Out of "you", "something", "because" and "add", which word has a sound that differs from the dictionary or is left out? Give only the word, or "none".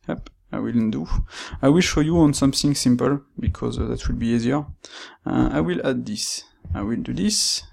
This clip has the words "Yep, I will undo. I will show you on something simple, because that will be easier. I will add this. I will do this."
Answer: none